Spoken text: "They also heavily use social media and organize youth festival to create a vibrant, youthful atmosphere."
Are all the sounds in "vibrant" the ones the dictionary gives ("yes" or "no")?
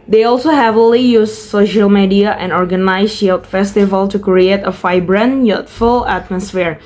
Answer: no